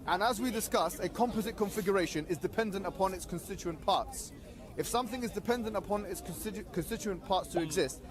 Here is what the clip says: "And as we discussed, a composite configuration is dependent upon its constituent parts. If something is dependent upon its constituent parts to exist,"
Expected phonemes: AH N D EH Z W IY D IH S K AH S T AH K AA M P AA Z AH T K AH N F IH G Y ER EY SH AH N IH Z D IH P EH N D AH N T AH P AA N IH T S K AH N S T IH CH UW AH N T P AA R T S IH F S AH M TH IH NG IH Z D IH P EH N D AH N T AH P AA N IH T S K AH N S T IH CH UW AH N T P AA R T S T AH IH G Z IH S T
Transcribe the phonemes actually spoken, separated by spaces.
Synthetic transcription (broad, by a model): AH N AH Z W IY D IH S K AH S AH K AA M P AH Z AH T K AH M F IH G Y ER EY SH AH N IH Z D IH P EH N D AH N T AH P AA N IH T S K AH N S T IH CH UW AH N P AA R T S IH F S AH M TH IH NG IH Z D IH P EH N D AH N T AH P AA N IH T S K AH N S T IH CH UW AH N P AA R T S T AH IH G Z IH S T